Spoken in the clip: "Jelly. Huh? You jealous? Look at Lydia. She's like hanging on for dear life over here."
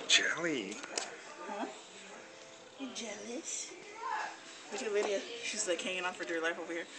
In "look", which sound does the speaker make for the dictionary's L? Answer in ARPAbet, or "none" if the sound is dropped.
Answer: W